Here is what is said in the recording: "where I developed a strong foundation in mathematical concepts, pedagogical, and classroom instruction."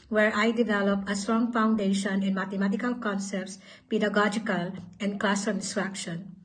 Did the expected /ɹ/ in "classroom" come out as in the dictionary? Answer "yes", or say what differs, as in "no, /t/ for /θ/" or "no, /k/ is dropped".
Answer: no, /ɹ/ is dropped